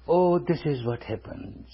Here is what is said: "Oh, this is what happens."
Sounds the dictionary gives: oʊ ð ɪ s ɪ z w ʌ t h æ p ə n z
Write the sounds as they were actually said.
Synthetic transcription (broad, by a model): oʊ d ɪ s ɪ z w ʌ t h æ p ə n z